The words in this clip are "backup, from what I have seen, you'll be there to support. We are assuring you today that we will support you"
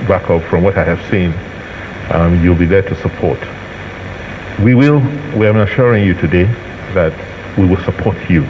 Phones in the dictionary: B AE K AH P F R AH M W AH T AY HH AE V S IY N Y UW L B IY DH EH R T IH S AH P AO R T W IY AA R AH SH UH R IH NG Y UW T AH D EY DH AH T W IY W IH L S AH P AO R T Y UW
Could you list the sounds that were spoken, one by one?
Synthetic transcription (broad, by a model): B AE K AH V F R AH M W AH T AY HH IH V S IY N Y UW L B IY DH EH R T IH S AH P AO R T W IY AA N AH SH UH R IH NG Y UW T AH D EY DH AH T W IY W IH L S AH P AO R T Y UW